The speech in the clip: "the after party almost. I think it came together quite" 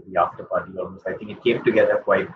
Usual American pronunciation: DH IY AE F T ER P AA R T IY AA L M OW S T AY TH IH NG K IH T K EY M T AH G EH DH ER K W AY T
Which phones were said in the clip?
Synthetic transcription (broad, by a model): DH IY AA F T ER P AA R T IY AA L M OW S AY T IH NG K IH T K EY M T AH G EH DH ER K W AY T